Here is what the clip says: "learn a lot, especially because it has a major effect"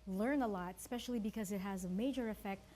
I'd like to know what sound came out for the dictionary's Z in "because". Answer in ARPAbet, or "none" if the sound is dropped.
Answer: Z